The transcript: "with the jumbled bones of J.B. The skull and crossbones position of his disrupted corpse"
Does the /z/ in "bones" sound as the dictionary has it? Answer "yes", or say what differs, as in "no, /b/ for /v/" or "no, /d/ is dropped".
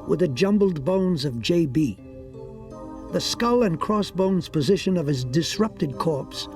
yes